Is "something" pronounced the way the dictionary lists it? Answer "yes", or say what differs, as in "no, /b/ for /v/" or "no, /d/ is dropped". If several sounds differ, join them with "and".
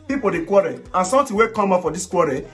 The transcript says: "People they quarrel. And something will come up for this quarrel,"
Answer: no, /t/ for /θ/